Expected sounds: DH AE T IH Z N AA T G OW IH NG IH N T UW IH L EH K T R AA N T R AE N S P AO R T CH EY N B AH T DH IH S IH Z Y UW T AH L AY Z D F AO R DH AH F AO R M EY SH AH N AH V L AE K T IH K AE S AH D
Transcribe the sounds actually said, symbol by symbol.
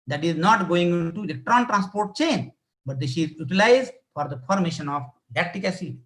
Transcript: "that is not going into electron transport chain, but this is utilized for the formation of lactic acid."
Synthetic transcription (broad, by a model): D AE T IH Z N AA T G OW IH NG IH N T UW IH L EH K T R AA N T R AE N S P AO R T CH EY N B AH T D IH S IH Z Y UW T AH L AY Z D F AO R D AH F AO R M EY SH AH N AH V L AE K T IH K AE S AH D